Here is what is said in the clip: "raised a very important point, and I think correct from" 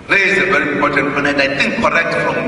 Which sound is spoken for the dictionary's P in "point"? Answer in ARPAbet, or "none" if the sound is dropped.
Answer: F